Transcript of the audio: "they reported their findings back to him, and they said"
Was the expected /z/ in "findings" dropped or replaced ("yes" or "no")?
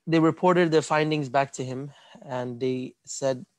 no